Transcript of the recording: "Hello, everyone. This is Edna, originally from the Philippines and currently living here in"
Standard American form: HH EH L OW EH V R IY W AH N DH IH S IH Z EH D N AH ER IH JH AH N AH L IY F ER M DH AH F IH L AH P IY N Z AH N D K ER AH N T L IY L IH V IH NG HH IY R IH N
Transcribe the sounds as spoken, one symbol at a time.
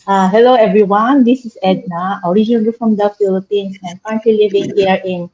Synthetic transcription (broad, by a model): HH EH L OW EH V R IY W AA N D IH S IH S EH D N AH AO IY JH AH N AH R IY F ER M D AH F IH L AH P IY N S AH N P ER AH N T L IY L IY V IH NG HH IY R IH N